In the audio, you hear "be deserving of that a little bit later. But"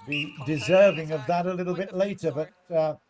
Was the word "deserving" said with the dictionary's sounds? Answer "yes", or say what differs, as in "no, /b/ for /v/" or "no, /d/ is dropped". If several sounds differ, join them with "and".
yes